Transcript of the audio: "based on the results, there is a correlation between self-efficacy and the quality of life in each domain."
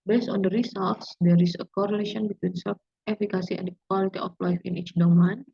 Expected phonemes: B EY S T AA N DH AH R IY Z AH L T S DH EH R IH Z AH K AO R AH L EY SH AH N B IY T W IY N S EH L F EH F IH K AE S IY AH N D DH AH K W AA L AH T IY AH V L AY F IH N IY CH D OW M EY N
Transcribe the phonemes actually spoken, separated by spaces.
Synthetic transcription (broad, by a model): B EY S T AA N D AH R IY S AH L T S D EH R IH S AH K AO R AH L EY SH AH N B IY T W IY N S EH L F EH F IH K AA S IY AH N D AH K W AA L AH T IY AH F L AY F IH N IY CH D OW M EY N